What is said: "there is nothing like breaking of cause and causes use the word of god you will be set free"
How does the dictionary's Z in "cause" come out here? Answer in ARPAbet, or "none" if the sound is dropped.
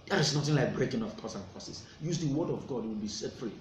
S